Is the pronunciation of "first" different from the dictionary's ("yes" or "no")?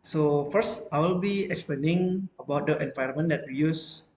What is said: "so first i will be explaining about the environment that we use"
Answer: no